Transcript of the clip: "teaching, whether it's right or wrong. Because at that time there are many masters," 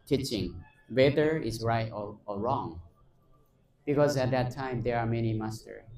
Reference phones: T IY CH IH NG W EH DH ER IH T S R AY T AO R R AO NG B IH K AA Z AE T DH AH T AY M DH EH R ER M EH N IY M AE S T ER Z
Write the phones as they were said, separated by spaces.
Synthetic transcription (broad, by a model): T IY CH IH NG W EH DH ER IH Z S R AY T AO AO R AO NG B IH K AA Z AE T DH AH T AY M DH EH R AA M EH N IY M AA S T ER